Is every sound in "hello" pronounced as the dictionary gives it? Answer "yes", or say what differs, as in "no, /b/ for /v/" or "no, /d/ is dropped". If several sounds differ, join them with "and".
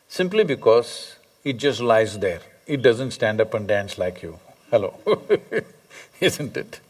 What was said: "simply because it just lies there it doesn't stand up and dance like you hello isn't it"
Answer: yes